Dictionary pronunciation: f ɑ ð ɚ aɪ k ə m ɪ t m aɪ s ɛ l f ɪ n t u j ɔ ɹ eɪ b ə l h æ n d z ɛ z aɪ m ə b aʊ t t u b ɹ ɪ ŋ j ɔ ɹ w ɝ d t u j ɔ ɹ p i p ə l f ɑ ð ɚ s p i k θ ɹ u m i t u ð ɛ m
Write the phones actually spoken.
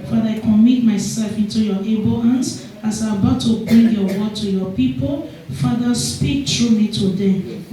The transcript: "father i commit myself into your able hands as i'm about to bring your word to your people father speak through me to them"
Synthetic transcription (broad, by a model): f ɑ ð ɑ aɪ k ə m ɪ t m aɪ s ɛ l f ɪ n t u j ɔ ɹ eɪ b ə l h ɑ n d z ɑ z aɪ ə b aʊ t t u b ɹ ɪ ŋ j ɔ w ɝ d t u j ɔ p i p ə l f ɑ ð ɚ s p i k t ɹ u m i t u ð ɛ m